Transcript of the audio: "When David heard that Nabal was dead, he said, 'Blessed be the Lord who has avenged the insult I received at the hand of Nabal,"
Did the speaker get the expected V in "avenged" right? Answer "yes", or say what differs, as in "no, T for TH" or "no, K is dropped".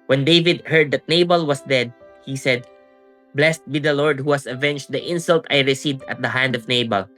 yes